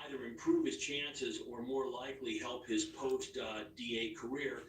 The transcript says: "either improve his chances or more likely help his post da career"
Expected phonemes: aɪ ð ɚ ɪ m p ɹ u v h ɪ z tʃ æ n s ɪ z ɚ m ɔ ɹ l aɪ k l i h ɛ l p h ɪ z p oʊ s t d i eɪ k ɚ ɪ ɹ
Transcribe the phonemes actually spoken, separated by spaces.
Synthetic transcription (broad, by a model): aɪ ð ɚ ɪ m p ɹ u v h ɪ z tʃ æ n s ɪ z ɚ m ɔ ɹ l aɪ k l i h ɛ l p h ɪ z p oʊ s t d i eɪ k ɚ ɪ ɹ